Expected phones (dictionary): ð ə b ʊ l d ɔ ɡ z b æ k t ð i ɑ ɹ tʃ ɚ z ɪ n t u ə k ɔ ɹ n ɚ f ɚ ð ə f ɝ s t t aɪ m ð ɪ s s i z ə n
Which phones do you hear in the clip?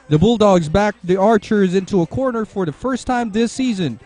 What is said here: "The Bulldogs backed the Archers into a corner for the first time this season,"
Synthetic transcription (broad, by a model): ð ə b ʊ l d ɔ ɡ z b æ k ð i ɑ ɹ tʃ ɚ z ɪ n t u ə k ɔ ɹ n ɚ f ɚ ð ə f ɝ s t t aɪ m ð ɪ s s i z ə n